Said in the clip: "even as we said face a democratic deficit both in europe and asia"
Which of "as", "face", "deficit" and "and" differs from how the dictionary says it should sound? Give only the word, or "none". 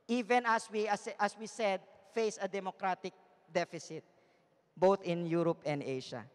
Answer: as